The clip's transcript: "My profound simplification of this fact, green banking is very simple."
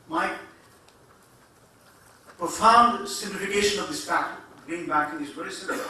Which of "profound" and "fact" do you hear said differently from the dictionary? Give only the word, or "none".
fact